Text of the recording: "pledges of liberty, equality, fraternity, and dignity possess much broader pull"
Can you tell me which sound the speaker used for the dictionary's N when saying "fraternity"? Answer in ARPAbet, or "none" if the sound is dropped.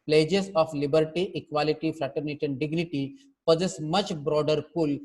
N